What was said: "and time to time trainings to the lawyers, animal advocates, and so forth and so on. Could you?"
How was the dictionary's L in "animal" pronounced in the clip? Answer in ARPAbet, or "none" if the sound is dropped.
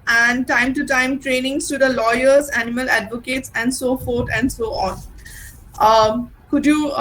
L